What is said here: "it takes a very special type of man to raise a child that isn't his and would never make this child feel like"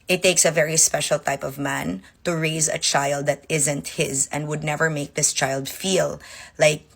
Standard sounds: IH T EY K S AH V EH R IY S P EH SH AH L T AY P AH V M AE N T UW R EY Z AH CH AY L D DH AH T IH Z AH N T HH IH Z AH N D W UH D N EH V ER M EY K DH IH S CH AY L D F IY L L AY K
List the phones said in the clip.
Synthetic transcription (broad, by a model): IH T EY K S AH V EH R IY S P EH SH AH L T AY P AH V M AE N T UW R EY Z AH CH AY L D DH AH T IH Z AH N T HH IH Z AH N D W UH D N EH V ER M EY K DH IH S CH AY L D F IY L L AY K